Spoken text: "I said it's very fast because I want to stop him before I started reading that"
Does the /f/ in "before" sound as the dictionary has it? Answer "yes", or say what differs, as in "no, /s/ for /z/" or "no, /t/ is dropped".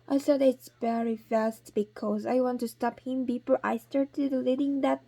no, /p/ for /f/